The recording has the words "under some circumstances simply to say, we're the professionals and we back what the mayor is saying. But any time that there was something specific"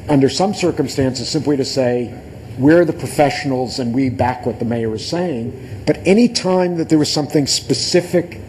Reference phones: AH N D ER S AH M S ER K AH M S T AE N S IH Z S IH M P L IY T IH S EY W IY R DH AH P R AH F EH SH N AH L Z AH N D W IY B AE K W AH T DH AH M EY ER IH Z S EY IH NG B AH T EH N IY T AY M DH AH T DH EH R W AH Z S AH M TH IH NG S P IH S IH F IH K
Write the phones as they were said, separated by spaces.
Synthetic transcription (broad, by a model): AH N D ER S AH M S ER K AH M S T AE N S IH Z S IH M P L IY T IH S EY W IY R DH AH P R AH F EH SH N L Z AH N W IY B AE K W AH T DH AH M EY ER IH Z S EY IH NG B AH T EH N IY T AY M DH AH T DH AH R W AH Z S AH M TH IH NG S P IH S IH F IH K